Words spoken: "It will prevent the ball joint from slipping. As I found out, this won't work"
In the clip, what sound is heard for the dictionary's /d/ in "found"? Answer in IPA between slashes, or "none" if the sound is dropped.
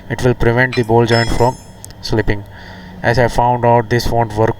/d/